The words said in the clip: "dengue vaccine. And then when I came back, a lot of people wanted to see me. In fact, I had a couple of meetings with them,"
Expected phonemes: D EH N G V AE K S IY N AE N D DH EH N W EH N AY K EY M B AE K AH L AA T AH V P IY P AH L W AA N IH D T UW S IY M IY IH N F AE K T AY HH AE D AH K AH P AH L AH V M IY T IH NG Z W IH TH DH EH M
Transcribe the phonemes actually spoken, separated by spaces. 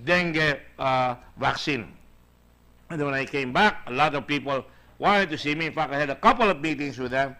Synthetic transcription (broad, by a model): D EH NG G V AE K S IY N N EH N W EH N AY K EY M B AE K AH L AA T AH V P IY P AH L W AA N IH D T UW S IY M IY IH N F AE K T AY HH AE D AH K AH P AH L AH V M IY T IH NG S W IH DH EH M